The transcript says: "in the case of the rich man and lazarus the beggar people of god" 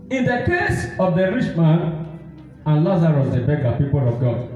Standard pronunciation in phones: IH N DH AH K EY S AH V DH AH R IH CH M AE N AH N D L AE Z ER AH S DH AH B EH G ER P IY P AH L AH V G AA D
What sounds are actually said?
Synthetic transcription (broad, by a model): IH N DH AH K EY S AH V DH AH R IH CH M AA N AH N L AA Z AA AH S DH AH B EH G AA P IY P AH L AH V G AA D